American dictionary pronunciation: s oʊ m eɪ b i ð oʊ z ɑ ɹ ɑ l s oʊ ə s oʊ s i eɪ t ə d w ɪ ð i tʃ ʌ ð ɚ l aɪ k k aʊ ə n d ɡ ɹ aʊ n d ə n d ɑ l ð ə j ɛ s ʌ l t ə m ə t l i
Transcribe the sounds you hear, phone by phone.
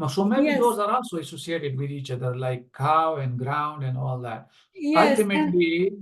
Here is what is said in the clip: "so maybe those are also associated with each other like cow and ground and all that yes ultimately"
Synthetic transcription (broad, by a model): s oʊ m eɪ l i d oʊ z ɑ ɹ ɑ n s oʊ ə s oʊ s i eɪ t ə d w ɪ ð i tʃ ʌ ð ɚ l aɪ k k aʊ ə n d ɡ ɹ aʊ n d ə n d ɑ l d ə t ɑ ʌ l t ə m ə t l i